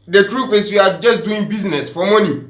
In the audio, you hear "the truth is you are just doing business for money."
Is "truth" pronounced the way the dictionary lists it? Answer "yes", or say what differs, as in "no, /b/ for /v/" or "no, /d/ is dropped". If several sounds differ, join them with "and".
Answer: no, /f/ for /θ/